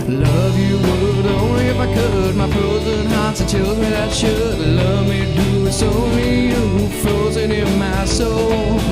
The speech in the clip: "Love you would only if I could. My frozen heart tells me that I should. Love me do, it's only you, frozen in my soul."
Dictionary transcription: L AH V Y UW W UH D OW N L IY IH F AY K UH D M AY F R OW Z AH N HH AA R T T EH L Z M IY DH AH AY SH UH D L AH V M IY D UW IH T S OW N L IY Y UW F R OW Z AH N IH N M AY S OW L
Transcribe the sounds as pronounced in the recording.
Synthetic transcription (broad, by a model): L AH V Y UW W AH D OW N L IY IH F AY K UH D M AY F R OW Z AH N HH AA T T T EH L M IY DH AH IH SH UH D L AH V M IY D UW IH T S OW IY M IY F R OW Z AH N IH N M AY S OW L